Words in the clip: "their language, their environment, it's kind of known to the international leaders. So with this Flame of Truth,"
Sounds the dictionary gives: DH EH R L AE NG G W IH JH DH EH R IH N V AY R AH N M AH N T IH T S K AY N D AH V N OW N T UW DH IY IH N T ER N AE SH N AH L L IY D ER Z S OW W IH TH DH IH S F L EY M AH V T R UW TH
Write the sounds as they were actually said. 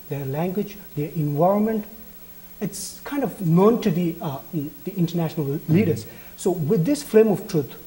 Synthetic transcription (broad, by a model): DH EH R L AE NG G W IH JH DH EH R IH N V AY R AH N M AH N T IH T S K AY N D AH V N OW N T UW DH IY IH N T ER N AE SH N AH L L IY D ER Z S OW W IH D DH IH S F L EY M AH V T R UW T